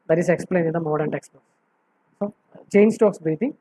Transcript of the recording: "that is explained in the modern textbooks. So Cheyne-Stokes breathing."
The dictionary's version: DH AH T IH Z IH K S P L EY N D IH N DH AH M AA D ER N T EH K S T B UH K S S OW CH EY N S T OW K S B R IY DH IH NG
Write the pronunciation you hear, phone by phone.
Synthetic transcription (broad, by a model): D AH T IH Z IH K S P L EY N IH N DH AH M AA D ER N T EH K S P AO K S S OW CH EY N S T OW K S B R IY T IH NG